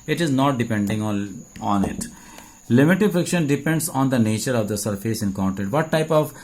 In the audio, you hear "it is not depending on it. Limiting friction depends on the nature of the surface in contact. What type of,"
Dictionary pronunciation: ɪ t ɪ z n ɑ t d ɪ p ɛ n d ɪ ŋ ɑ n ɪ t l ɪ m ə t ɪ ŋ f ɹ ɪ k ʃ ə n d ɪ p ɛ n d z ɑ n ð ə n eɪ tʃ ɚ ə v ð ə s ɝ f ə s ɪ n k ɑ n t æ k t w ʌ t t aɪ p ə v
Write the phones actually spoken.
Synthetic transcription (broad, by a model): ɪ t ɪ z n ɑ t d ɪ p ɛ n d ɪ ŋ ɑ n ɪ t l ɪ m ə t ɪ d f ɹ ɪ k ʃ ə n d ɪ p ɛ n d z ɑ n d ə n eɪ tʃ ɚ ə v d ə s ɝ f ə s ɪ n k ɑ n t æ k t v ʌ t t aɪ p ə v